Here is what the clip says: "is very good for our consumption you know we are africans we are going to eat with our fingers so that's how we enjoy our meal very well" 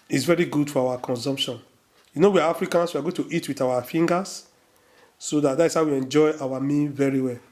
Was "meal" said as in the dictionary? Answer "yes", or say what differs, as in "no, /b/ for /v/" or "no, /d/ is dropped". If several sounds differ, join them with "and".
no, /n/ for /l/